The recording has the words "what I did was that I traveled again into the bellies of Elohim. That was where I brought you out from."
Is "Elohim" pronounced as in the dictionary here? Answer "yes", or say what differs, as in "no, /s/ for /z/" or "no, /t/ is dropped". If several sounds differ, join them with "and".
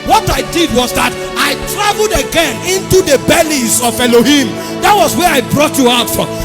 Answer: yes